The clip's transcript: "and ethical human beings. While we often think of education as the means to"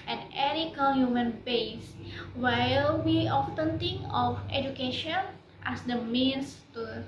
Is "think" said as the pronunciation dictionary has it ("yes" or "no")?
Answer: no